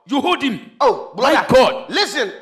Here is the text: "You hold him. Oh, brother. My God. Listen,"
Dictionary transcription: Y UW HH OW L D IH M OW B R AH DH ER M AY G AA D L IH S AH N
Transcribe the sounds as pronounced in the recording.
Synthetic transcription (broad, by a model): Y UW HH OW D IH M OW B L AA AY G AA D L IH S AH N